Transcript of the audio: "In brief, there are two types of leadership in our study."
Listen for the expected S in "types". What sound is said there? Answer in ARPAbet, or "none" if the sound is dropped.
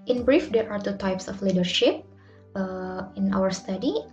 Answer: S